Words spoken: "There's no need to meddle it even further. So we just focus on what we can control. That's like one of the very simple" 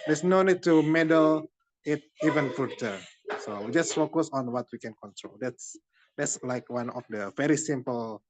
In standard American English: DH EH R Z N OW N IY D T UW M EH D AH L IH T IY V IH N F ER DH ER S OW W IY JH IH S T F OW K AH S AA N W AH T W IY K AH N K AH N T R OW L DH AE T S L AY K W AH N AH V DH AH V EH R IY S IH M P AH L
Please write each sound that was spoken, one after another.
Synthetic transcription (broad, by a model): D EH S N OW N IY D T UW M EH D AH L IH T IY V IH N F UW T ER S OW W IY JH IH S T F OW K AH S AA N W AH T W IY K AH N K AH N T R OW L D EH T S L AY K W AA N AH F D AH V EH R IY S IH M P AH L